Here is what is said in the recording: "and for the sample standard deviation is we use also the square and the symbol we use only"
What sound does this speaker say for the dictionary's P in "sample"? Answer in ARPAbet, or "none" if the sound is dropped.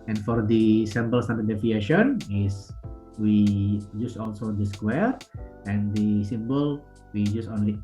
B